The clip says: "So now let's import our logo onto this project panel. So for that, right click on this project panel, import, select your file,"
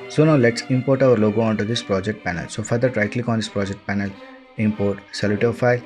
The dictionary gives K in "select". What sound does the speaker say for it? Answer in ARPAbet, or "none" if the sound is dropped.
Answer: none